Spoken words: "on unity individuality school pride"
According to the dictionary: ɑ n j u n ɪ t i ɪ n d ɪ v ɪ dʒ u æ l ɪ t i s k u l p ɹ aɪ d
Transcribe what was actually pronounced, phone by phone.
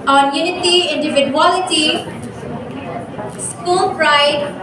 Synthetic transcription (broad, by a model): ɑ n j u n ɪ t i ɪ n d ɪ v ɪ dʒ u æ l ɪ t i s k u l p ɹ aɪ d